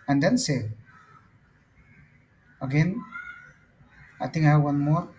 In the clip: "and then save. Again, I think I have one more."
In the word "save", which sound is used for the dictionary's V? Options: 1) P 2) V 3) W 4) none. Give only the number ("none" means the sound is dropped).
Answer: 4